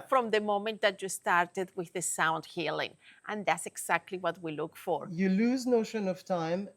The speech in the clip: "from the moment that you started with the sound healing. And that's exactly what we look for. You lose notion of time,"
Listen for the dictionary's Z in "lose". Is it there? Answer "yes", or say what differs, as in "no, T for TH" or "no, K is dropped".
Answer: yes